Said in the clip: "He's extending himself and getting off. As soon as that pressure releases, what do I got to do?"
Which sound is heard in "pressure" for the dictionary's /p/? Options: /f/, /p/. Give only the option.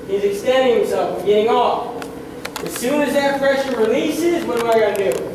/f/